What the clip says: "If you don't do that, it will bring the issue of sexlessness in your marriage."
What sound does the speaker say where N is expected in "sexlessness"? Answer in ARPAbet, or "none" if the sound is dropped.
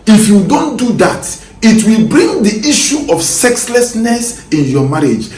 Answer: N